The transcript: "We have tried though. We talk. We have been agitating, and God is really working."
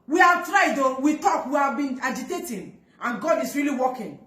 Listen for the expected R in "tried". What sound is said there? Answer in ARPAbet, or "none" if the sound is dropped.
R